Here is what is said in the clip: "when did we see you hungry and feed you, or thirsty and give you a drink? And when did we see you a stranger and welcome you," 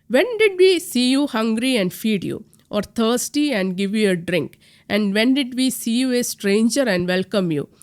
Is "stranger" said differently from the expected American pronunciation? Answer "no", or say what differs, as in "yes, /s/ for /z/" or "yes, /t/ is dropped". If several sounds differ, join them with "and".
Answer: no